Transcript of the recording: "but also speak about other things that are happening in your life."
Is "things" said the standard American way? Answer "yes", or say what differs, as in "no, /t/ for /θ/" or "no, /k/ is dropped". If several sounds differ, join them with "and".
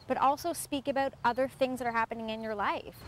yes